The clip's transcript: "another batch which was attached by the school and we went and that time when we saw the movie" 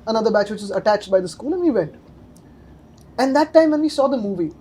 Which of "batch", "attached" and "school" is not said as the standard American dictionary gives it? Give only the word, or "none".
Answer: none